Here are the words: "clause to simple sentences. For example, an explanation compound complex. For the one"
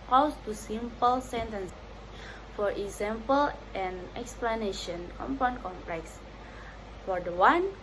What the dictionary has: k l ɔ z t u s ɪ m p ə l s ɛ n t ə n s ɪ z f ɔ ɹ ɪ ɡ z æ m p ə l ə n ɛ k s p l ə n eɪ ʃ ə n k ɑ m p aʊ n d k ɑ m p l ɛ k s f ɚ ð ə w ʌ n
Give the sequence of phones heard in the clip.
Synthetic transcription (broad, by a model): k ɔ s t u s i m p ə l s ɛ n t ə n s f ɔ ɹ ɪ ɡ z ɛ m p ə l ə n ɛ k s p l ə n eɪ ʃ ə n k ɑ m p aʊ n k ɑ m p l ɛ k s f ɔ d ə w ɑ n